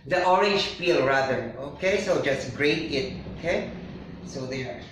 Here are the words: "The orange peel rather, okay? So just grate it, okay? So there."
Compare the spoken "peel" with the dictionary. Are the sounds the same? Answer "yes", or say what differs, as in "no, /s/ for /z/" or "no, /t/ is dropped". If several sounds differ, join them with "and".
no, /f/ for /p/